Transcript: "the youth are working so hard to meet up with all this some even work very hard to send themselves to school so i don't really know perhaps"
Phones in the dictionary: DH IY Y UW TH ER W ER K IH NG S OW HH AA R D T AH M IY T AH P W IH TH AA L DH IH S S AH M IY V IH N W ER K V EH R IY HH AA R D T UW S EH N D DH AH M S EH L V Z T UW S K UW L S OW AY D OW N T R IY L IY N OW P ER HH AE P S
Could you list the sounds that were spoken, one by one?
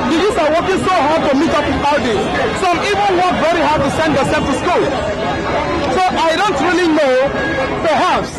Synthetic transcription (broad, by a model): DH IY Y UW S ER W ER K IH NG S OW HH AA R D T AH M IY T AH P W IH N AA L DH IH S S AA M IY V IH N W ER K V EH R IY HH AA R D T UW S EH N D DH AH S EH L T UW S K UW L S OW AY D OW N T R IY L IY N OW P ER HH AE P S